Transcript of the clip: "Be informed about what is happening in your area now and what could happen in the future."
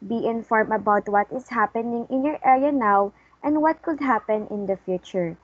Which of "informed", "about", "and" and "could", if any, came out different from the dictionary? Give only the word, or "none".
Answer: informed